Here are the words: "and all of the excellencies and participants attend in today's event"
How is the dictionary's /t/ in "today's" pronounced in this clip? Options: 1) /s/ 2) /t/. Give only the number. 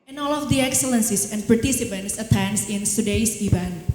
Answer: 1